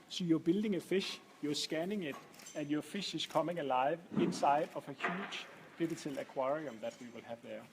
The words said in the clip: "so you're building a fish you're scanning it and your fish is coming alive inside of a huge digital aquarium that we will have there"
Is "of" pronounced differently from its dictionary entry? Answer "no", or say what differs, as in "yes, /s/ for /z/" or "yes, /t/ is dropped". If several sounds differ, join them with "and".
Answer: yes, /f/ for /v/